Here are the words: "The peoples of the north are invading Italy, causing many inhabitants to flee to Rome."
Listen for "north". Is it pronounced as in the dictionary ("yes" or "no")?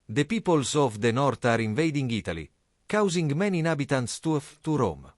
no